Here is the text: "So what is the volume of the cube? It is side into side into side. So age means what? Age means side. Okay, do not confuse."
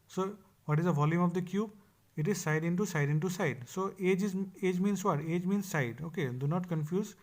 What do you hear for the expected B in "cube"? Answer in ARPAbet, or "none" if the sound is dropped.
B